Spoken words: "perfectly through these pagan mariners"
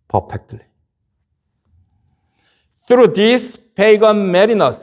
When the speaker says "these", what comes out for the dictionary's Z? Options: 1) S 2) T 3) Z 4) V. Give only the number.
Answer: 1